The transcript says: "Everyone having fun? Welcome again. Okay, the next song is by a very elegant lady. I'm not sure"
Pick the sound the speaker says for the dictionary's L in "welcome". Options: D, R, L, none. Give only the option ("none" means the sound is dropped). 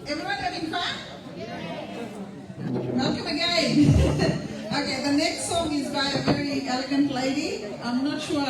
none